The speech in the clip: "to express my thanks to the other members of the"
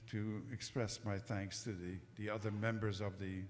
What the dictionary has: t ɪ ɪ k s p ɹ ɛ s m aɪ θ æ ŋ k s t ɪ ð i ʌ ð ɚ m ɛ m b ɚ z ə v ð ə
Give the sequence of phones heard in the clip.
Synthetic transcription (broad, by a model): t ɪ ɪ k s p ɹ ɛ s m aɪ θ æ ŋ k s t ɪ ð i ʌ ð ɚ m ɛ m b ɚ z ə v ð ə